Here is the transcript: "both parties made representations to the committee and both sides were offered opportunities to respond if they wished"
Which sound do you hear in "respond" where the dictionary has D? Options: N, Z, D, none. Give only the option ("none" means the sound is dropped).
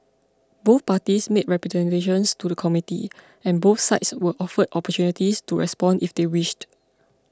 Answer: D